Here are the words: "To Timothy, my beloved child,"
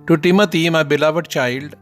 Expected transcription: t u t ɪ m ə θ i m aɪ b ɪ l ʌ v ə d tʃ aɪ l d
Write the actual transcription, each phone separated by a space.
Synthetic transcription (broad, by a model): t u t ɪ m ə t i m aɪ b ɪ l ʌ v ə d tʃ aɪ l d